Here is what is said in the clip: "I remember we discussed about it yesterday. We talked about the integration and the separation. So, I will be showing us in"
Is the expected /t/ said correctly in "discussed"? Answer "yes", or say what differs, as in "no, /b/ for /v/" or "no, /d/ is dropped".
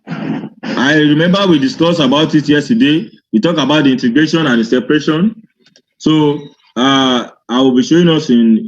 no, /t/ is dropped